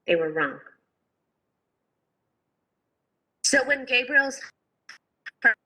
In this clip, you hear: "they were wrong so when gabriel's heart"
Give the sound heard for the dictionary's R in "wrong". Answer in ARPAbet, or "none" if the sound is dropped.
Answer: R